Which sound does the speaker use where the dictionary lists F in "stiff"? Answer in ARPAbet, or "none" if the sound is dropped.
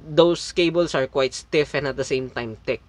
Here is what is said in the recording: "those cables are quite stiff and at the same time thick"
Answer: F